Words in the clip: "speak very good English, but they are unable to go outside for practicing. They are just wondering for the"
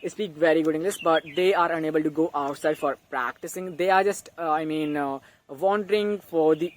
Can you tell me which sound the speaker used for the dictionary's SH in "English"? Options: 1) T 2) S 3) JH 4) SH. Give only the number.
2